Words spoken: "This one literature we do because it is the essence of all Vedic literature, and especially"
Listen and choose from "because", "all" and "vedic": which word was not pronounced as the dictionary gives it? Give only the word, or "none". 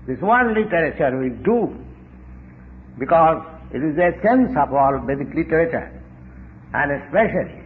vedic